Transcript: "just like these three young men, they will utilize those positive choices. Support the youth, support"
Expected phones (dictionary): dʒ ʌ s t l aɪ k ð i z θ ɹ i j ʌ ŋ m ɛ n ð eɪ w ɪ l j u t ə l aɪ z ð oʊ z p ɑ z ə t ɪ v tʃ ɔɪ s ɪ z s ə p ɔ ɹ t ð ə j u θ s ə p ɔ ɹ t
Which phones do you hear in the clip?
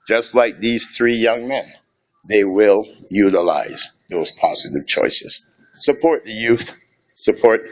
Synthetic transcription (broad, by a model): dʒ ʌ s t l aɪ k ð i z θ ɹ i j ʌ ŋ m ɛ n ð eɪ w ɪ l j u t ə l aɪ z ð oʊ z p ɑ z ə t ɪ v tʃ ɔɪ s ɪ z s ə p ɔ ɹ t ð ə j u θ s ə p ɔ ɹ t